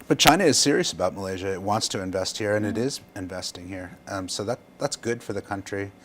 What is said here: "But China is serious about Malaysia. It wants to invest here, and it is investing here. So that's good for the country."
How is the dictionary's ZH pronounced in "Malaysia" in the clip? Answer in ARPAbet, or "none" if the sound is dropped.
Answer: ZH